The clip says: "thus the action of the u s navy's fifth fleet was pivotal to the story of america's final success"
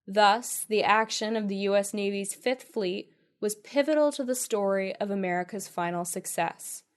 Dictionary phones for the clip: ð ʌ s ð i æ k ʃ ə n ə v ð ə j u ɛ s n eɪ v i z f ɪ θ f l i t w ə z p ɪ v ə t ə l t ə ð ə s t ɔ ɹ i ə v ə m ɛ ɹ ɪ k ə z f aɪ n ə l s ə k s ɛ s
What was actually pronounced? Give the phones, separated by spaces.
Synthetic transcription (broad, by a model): ð ʌ s ð i æ k ʃ ə n ə v ð ə j u ɛ s n eɪ v i z f ɪ θ f l i t w ə z p ɪ v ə t l t ə ð ə s t ɔ ɹ i ə v ə m ɛ ɹ ɪ k ə z f aɪ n l s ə k s ɛ s